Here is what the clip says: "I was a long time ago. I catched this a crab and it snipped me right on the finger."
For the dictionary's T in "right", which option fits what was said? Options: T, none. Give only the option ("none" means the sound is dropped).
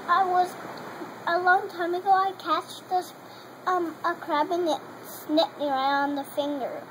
none